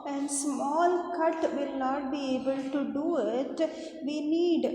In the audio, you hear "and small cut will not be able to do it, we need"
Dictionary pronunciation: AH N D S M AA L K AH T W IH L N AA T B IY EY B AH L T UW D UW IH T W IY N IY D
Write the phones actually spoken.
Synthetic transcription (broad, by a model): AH N S M AA L K AH T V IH L N AA T B IY EY B AH L T UW D UW IH T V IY N IY D